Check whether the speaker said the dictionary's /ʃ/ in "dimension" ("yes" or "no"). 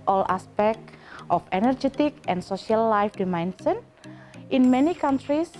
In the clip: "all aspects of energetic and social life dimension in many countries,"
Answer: no